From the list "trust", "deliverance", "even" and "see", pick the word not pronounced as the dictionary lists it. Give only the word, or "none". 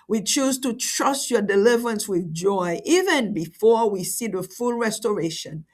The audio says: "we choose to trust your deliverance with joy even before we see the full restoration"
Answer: none